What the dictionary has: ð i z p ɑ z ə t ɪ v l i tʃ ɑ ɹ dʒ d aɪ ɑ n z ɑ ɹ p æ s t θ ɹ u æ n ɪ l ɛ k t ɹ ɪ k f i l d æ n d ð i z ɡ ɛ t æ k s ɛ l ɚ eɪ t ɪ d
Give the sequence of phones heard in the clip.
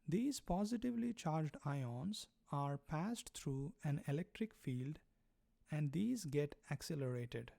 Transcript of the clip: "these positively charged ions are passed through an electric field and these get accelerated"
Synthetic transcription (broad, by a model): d i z p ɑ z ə t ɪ v l i tʃ ɑ ɹ dʒ d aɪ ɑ n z ɑ ɹ p æ s t t ɹ u æ n ɪ l ɛ k t ɹ ɪ k f i l d æ n d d i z ɡ ɛ t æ k s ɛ l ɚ eɪ t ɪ d